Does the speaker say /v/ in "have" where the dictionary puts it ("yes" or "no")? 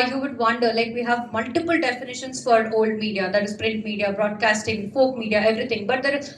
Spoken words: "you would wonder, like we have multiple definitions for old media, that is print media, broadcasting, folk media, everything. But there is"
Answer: yes